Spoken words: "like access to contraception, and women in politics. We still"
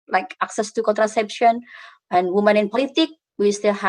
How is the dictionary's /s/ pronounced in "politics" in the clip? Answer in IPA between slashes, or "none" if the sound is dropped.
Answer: none